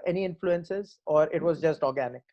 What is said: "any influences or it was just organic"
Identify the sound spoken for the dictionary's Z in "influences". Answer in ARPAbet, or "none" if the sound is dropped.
Z